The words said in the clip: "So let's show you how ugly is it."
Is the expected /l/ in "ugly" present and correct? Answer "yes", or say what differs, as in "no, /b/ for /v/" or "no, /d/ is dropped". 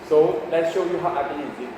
no, /l/ is dropped